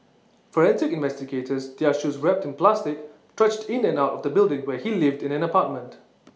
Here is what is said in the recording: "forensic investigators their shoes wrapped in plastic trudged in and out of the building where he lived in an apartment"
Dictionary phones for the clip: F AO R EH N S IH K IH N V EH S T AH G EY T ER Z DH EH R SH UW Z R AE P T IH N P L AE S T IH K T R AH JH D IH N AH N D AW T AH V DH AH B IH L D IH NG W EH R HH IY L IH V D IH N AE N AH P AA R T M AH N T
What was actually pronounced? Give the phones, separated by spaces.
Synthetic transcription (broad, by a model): F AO R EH N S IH K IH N V EH S T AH G EY T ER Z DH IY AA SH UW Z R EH P T IH N P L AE S T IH K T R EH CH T IH N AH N AW T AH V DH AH B IH L D IH NG W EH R HH IY L IH V D IH N AE N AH P AA T M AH N T